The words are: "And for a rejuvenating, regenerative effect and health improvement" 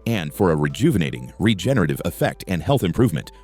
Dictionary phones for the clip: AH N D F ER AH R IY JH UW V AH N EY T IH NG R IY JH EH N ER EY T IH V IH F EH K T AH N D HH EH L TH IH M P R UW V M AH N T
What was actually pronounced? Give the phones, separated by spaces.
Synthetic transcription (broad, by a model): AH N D F ER AH R IY JH UW V AH N EY T IH NG R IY JH EH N ER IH T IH V IH F EH K T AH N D HH EH L TH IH M P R UW V M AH N T